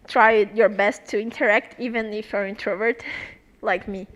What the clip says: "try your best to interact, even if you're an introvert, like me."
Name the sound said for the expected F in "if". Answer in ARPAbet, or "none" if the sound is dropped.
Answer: F